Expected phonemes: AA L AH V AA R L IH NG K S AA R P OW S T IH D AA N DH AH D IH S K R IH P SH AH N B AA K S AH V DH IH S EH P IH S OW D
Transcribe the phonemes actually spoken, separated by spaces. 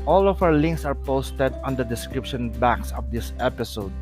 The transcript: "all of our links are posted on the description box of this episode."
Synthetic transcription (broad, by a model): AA L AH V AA W L IH NG K S AA R P OW S T IH D AA N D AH D IH S K R IH P SH AH N B AA K S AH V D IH S EH P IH S OW D